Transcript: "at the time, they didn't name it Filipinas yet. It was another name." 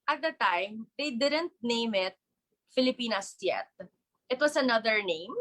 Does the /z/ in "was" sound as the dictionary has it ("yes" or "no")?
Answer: no